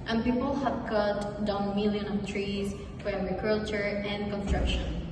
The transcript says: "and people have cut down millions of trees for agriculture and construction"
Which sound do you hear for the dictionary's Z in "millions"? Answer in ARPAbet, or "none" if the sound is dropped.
none